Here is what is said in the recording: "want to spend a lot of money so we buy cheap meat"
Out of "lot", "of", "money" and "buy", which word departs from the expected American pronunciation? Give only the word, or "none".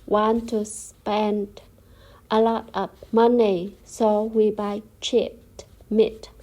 of